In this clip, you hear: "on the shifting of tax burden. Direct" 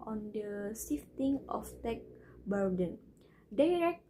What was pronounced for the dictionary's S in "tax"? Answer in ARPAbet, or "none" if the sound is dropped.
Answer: none